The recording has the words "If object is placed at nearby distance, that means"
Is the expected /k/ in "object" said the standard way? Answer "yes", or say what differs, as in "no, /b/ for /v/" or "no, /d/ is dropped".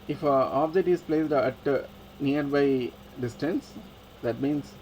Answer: no, /k/ is dropped